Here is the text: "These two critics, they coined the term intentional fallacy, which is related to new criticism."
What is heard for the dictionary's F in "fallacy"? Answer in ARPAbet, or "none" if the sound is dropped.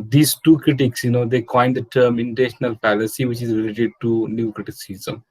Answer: P